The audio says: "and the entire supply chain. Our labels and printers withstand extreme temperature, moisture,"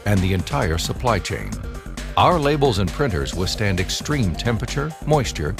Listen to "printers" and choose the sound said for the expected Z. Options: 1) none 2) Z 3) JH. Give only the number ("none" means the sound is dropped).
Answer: 2